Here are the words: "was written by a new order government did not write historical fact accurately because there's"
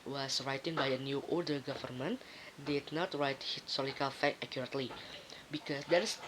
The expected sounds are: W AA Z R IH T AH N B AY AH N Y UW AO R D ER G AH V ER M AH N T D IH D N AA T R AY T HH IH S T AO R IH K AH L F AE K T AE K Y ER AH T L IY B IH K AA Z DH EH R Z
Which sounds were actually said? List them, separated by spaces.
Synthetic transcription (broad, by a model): W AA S R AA T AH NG B AY AH N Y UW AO L D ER G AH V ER M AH N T D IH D N AA T R AY T HH IH S T AO R IH K AH L F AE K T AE K Y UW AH T L IY B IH K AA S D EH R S